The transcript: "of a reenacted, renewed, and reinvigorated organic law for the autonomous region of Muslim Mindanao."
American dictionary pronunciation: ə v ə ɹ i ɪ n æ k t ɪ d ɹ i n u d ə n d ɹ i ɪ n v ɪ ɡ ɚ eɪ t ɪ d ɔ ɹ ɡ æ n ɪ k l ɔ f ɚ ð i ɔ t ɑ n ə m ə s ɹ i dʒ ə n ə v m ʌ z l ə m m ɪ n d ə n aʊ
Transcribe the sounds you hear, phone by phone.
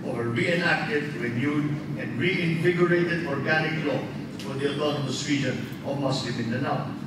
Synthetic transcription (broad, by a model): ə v ə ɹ i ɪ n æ k t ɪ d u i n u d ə n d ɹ i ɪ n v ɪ ɡ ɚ eɪ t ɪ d ɔ ɹ ɡ æ n ɪ k l ɔ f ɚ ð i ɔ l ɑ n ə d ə s w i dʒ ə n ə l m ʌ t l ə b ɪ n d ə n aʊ